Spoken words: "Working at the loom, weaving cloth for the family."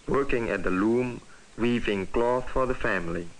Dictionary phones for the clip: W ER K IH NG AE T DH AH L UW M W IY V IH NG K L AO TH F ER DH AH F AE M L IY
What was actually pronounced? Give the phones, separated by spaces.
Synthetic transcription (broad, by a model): W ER K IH NG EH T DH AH L UW M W IY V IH NG K L AO TH F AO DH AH F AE M L IY